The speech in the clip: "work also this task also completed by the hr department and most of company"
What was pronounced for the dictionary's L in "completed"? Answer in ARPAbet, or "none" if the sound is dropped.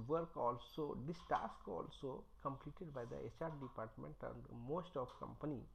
L